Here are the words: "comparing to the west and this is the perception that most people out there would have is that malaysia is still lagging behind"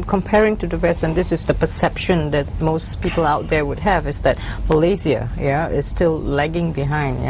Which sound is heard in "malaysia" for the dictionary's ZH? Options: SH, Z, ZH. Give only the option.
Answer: Z